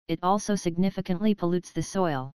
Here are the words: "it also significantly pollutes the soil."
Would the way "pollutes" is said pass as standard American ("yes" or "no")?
yes